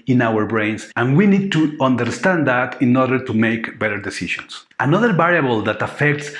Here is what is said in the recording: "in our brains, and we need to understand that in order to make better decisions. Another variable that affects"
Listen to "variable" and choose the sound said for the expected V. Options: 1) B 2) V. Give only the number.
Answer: 1